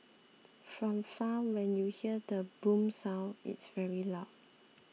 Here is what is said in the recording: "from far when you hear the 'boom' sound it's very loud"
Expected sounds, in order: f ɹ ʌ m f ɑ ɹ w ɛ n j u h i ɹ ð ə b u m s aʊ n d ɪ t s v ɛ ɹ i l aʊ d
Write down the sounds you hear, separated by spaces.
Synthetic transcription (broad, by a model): f ɹ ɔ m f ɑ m w ɛ n j u h i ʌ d ə b u m s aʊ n ɪ t s v ɛ ɹ i l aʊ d